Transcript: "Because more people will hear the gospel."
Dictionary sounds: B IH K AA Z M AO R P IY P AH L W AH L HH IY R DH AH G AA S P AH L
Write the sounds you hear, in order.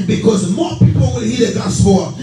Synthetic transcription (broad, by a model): B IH K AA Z M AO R P IY P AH L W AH N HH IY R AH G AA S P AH